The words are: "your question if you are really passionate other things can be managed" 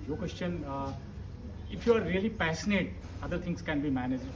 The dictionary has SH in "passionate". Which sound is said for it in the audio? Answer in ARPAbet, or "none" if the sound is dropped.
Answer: S